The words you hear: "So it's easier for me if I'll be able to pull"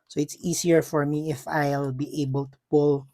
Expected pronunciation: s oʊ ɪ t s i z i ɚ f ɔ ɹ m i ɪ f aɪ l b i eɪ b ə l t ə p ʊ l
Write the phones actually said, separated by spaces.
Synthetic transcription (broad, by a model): s oʊ ɪ t s i s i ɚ f ɔ ɹ m i ɪ f aɪ l b i eɪ b ə l t ə p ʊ l